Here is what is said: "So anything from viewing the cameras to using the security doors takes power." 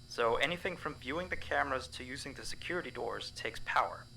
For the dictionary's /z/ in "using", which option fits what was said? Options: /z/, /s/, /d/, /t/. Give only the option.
/z/